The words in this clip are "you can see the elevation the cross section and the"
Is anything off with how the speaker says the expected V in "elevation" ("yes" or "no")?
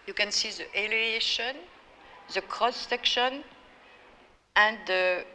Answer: yes